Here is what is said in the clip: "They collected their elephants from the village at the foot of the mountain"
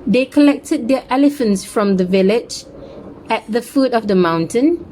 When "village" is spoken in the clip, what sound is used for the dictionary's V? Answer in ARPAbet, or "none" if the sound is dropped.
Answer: V